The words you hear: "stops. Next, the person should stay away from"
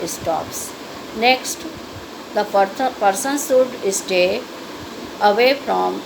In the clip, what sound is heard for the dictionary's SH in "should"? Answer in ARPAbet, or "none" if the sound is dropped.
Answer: S